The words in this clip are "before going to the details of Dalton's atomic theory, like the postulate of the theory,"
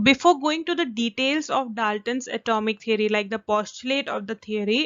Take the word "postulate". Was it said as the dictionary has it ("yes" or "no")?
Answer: yes